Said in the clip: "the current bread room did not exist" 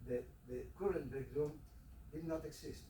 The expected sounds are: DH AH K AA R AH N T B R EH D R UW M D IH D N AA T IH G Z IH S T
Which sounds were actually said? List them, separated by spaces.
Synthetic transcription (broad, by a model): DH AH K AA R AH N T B EH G R UW M D IH D N AA T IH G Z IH S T